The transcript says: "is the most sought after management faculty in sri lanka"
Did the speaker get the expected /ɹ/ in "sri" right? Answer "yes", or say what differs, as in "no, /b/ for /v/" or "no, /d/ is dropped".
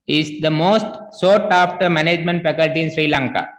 yes